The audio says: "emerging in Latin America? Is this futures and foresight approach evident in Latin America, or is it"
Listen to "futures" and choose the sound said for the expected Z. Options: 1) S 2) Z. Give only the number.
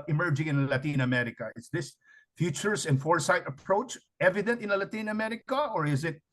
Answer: 1